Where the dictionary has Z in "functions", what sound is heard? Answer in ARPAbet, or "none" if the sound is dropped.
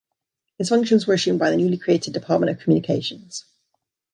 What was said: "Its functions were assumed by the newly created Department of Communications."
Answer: Z